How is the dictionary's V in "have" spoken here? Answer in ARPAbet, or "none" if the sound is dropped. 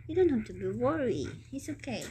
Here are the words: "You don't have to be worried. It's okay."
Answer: F